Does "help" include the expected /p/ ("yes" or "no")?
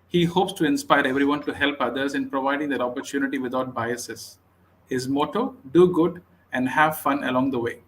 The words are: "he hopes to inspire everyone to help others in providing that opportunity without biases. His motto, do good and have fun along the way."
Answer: yes